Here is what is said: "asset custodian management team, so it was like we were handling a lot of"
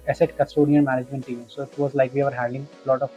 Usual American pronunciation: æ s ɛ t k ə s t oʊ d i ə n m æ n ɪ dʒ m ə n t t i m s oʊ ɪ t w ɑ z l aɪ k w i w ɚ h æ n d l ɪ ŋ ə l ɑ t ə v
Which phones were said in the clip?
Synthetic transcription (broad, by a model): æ s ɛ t k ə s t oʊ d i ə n m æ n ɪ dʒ m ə n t t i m s oʊ ɪ t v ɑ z l aɪ k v i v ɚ h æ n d ɪ ŋ l ɑ t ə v